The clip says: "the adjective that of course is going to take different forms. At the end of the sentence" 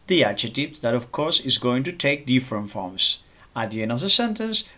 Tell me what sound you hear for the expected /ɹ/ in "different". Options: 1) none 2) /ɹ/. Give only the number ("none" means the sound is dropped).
2